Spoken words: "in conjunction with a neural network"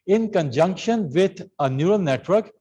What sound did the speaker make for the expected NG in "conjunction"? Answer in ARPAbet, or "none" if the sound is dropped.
NG